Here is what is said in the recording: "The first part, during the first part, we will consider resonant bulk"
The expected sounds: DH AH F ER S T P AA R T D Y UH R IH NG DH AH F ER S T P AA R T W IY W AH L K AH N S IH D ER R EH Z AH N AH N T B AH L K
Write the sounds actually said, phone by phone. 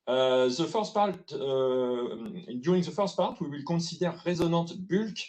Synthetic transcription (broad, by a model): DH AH F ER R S P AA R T D Y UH R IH NG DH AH F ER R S P AA R T W IY W AH L K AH S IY D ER R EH Z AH N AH T B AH L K